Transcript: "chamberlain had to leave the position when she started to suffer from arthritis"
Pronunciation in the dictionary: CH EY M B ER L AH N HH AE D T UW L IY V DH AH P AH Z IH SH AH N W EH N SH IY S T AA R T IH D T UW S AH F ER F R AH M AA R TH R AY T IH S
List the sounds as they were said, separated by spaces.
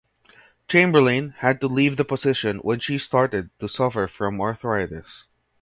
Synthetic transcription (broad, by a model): CH EY M B ER L AH N HH AE D T UW L IY V DH AH P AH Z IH SH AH N W EH N SH IY S T AA R T IH D T UW S AH F ER F R AH M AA R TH R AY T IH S